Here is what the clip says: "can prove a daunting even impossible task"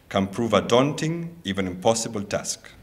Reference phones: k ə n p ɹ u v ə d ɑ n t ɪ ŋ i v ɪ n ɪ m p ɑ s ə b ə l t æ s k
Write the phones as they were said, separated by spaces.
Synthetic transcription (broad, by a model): k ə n p ɹ u v ə d ɑ n t ɪ ŋ i v ɪ n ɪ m p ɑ s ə b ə l t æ s k